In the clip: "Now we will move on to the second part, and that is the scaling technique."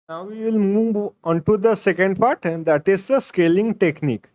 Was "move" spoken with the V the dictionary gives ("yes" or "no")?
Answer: yes